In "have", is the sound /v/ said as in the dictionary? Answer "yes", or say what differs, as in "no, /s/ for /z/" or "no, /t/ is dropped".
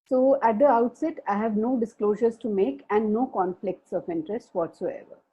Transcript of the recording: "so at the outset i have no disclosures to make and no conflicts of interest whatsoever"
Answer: yes